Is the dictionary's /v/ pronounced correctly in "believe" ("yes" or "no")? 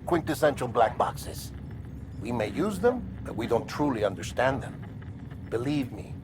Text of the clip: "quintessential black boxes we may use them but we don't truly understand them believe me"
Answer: yes